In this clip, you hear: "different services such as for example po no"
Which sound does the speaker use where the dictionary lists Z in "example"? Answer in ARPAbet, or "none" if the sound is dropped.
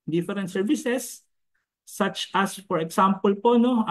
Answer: S